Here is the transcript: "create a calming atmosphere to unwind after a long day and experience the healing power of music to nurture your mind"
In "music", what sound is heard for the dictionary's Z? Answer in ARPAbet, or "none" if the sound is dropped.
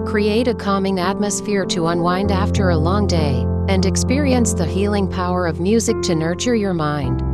Z